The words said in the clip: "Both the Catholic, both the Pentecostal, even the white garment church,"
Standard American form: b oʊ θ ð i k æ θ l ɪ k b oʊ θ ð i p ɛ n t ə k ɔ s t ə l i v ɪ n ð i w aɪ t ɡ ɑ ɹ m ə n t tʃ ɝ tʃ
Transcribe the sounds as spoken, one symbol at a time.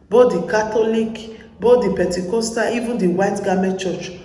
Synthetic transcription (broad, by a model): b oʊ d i k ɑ t l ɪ k b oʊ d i p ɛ n t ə k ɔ s t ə i v ɪ n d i w aɪ t ɡ ɑ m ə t tʃ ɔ tʃ